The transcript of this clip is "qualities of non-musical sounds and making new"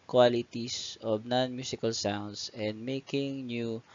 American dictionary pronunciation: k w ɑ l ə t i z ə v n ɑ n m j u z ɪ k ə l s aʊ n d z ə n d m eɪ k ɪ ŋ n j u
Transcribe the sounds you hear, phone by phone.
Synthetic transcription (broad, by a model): k w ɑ l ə t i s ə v n ɑ n m j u s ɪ k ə l s aʊ n d s ə n d m eɪ k ɪ ŋ n j u